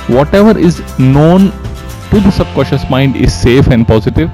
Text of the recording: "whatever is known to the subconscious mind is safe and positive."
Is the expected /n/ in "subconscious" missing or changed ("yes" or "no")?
yes